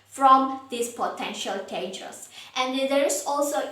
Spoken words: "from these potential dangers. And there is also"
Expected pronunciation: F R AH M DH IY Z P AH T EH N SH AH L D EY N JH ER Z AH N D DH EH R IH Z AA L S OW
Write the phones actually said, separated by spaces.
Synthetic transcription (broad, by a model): F R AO M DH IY S P AH T EH N SH AH L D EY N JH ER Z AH N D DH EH R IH S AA L S OW